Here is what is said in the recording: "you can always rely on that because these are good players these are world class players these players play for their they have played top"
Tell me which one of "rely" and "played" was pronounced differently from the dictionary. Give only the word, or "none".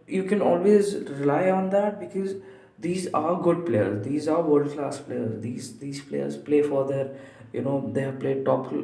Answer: none